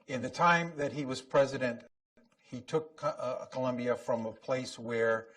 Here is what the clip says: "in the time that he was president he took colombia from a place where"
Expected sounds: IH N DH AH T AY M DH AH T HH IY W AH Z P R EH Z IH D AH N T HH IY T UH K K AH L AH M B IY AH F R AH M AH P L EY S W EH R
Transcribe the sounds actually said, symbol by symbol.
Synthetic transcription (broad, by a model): IH N DH AH T AY M DH AH T HH IY W AH Z P R EH Z IH D AH N T HH IY T UH K K AH L AH M B IY AH F R AH M AH P L EY S W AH R